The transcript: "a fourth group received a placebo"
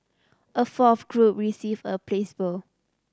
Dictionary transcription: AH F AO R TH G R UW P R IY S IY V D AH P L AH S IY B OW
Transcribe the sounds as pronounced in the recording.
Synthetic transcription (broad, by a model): AH F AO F G R UW P R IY S IY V AH P L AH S B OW